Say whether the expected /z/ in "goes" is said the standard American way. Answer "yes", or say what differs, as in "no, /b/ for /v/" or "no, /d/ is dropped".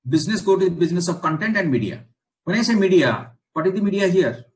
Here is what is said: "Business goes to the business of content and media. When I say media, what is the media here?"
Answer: no, /z/ is dropped